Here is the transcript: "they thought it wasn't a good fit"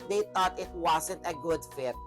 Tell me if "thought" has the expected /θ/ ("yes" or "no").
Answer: no